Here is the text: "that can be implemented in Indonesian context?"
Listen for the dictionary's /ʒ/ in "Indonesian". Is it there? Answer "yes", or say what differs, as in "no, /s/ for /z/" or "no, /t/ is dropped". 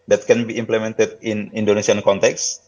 no, /s/ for /ʒ/